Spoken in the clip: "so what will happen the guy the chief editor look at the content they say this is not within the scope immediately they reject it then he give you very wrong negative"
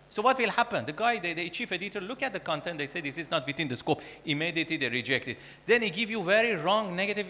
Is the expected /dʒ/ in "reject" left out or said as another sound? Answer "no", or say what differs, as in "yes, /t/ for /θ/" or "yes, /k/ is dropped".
no